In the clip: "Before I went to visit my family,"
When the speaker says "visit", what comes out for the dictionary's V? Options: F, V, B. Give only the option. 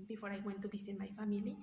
B